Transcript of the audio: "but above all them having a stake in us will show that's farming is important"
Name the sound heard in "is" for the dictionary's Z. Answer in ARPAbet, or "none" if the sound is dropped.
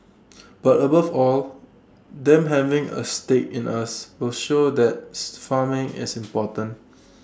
S